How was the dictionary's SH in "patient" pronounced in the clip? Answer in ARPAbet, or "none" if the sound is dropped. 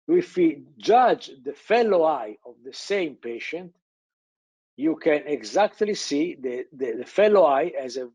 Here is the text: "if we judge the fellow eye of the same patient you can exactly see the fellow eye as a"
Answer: SH